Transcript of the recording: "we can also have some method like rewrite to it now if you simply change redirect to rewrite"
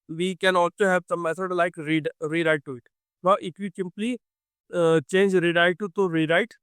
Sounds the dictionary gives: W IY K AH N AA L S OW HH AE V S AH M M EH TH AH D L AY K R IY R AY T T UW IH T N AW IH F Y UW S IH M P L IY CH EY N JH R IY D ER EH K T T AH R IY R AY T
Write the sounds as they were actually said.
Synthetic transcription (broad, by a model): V IY K AH N AA L S OW HH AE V S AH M M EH S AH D L AY K R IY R AY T T UW IH T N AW IH F Y UW S IH M P L IY CH EY N JH R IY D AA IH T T T AH R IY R AY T